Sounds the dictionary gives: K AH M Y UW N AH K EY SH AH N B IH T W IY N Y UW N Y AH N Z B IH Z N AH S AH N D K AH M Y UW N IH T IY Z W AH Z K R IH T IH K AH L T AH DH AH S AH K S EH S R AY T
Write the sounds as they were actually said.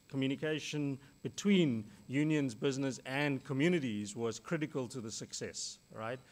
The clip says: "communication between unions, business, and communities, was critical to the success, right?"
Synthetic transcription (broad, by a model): K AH M Y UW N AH K EY SH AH N B IH T W IY N Y UW N Y AH N Z B IH Z N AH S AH N K AH M Y UW N IH T IY Z W AH Z K R IH T IH K AH L T AH DH AH S AH K S EH S R AY T